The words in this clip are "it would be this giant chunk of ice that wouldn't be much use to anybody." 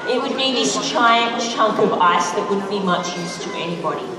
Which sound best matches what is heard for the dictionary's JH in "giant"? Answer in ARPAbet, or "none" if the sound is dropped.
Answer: CH